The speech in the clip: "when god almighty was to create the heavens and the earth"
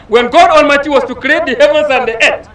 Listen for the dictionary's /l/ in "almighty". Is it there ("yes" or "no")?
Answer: no